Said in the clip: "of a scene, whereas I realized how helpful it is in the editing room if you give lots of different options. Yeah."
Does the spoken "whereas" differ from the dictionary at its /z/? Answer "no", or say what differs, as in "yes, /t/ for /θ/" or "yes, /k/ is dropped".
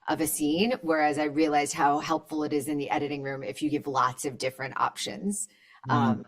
no